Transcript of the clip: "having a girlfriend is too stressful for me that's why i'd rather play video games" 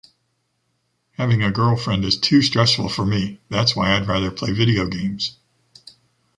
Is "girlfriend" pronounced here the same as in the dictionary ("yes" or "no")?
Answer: yes